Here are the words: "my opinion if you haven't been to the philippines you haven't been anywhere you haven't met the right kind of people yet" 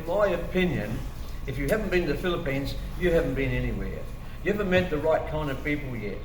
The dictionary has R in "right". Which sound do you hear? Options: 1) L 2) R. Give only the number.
2